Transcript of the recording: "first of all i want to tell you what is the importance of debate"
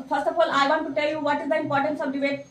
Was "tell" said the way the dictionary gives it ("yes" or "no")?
yes